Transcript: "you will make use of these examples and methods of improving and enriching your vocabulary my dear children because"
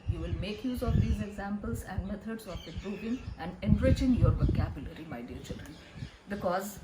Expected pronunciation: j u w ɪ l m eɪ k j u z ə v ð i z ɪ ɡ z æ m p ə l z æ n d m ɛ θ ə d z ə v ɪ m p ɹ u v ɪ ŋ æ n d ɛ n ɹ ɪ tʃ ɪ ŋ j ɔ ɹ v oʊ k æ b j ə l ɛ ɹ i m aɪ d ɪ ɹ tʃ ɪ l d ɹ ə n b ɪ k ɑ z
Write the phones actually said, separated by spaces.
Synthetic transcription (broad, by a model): j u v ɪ l m eɪ k j u z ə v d i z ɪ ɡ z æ m p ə l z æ n d m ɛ t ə d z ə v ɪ p ɹ u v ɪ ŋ æ n d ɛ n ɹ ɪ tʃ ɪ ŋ j ɔ ɹ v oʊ k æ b j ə l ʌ ɹ i m aɪ d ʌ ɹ tʃ ɪ l d ɹ ə n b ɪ k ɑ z